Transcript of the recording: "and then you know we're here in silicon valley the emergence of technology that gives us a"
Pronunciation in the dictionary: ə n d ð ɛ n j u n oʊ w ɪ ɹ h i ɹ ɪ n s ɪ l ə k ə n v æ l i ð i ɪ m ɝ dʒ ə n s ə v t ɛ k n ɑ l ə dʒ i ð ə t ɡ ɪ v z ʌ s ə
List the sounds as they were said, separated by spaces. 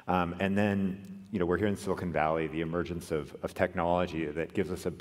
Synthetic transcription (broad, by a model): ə n ð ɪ n j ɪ n oʊ w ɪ ɹ h i ɹ ɪ n s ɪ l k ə n v æ l i ð i ɪ m ɝ dʒ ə n s ə v t ɛ k n ɑ l ə dʒ i ð ə t ɡ ɪ v z ʌ s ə